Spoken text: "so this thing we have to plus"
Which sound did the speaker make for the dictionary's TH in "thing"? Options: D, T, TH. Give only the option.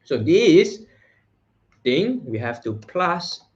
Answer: T